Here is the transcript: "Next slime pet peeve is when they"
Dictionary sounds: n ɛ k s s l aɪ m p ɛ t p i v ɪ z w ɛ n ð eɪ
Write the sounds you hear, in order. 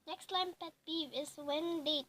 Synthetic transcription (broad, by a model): n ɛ k s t l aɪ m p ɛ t b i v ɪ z w ɛ n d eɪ